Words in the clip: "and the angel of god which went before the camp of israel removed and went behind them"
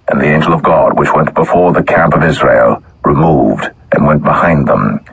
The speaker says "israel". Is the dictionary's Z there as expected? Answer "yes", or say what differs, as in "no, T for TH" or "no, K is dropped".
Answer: yes